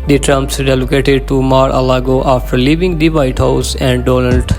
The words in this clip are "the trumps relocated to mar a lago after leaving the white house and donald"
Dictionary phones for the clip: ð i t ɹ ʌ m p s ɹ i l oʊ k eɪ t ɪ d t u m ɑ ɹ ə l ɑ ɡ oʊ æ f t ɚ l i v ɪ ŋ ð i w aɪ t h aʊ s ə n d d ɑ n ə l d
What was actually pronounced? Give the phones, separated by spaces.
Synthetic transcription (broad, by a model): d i t ɹ ʌ m p s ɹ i l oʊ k eɪ t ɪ d t u m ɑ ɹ ə l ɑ ɡ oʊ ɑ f t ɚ l i v ɪ ŋ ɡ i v aɪ t h aʊ s ə n d d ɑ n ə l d